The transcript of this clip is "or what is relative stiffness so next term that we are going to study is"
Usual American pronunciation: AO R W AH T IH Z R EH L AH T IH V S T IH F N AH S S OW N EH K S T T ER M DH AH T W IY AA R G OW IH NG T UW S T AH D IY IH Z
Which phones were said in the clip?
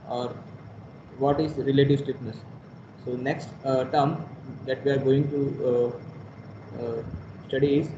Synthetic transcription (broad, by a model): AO R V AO T IH Z R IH L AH T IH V S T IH P N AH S S OW N EH K S T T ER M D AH T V IY AA R G OW IH NG T UW S T AH D IY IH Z